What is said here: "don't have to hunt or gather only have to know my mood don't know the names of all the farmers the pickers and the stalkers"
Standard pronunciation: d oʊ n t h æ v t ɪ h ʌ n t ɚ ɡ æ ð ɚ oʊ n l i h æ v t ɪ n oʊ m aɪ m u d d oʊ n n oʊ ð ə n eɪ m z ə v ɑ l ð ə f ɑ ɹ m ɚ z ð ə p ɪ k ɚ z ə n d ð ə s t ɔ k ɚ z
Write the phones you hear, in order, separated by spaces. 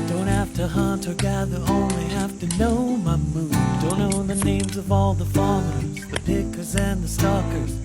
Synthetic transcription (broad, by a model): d oʊ n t h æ f t ɪ h ʌ n t ɚ ɡ æ ð ɚ oʊ n l i h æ f t ɪ n oʊ m aɪ m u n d oʊ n n oʊ ð ə n eɪ m z ə v ɑ l ð ə f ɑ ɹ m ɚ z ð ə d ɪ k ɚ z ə n ð ə s t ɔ k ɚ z